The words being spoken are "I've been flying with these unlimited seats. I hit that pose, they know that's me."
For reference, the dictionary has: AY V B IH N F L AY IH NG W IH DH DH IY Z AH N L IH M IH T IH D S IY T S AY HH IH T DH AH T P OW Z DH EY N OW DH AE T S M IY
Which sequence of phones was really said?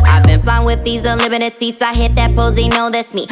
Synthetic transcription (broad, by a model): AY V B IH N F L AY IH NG W IH DH DH IY Z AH L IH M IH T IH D S IY T S AY HH IH T DH AH T P OW Z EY N OW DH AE T S M IY